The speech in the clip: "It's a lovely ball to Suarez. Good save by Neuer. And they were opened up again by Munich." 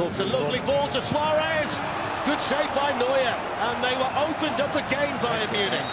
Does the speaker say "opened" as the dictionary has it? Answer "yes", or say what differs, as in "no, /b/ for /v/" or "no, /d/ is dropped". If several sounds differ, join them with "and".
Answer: yes